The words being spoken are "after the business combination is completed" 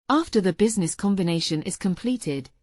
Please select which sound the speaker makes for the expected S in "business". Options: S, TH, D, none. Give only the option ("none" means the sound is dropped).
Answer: S